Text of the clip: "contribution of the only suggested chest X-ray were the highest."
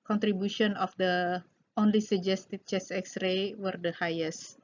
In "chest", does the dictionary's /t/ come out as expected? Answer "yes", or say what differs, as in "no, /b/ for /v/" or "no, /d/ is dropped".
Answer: no, /t/ is dropped